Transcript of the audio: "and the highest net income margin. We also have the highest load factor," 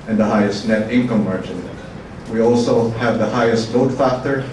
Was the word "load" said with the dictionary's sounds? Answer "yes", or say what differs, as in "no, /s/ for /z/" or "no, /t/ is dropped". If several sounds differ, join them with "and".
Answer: no, /n/ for /l/